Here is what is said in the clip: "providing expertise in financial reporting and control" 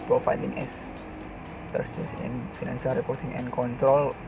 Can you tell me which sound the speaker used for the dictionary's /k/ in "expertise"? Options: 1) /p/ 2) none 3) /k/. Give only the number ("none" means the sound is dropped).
2